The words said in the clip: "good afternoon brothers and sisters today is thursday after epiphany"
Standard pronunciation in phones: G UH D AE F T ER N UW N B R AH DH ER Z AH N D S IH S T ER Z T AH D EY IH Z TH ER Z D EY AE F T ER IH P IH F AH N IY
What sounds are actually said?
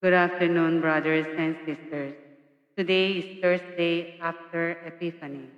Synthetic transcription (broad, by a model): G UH D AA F T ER N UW N B R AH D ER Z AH N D S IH S T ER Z T AH D EY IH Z T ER S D EY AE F T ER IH P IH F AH N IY